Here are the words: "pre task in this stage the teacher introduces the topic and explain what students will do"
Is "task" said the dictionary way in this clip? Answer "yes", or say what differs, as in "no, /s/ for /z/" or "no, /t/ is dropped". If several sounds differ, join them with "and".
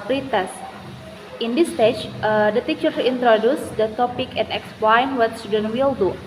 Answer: no, /k/ is dropped